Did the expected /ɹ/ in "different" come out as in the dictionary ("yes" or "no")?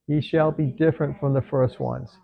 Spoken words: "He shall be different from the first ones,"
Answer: yes